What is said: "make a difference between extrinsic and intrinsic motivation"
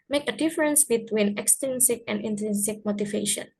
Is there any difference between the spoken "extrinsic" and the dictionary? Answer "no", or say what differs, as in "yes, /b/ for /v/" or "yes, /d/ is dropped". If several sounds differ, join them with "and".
yes, /ɹ/ is dropped